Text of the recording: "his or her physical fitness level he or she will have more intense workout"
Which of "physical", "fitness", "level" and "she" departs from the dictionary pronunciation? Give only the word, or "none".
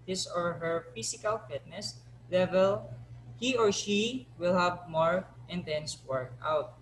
physical